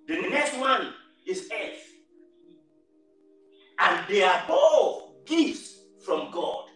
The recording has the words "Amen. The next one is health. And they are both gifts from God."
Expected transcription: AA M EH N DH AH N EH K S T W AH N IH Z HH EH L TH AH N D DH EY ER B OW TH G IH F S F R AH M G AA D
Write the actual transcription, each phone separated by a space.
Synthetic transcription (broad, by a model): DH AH N EH K S T W AH N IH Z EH TH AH N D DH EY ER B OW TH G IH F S F R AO M G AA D